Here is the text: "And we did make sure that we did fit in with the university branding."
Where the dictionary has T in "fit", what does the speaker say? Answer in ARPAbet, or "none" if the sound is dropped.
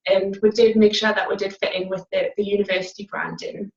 T